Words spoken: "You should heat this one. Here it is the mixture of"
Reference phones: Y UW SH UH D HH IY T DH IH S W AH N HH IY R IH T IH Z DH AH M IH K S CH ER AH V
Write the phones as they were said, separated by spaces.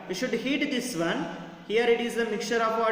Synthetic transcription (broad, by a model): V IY SH UH D HH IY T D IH S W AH N HH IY R IH T IH Z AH M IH K CH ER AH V